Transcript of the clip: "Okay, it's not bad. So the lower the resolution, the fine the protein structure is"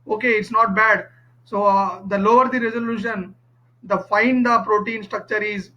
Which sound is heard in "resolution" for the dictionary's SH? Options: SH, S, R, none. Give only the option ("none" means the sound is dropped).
SH